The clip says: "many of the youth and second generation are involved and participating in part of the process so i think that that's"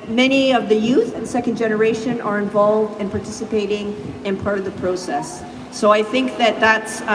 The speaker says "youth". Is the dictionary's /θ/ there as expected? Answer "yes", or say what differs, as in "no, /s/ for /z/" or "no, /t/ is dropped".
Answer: yes